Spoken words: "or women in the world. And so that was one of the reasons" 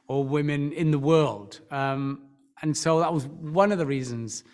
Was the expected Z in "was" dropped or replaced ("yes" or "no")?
no